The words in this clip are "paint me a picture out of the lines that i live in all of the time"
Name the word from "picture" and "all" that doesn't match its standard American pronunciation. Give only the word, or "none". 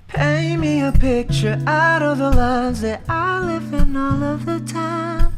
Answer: none